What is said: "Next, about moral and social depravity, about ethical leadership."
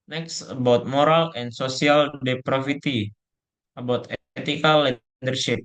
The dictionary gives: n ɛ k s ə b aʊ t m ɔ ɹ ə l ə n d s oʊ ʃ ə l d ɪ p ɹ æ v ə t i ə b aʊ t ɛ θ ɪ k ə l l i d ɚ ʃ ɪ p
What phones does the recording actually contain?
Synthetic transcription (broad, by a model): n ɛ k s ə b aʊ t m ɔ ɹ ə l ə n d s oʊ s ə l d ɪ p ɹ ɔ f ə t i ə b aʊ t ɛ t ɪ k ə l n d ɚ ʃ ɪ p